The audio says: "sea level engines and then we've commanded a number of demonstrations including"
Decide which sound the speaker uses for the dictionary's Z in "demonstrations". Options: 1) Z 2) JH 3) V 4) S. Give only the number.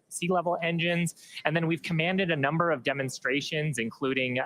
1